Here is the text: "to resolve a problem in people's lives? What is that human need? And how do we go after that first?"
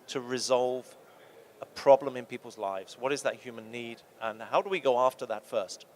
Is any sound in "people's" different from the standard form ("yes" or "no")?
no